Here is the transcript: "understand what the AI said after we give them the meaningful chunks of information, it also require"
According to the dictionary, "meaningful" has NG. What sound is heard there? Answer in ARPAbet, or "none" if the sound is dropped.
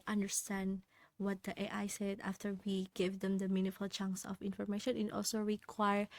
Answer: none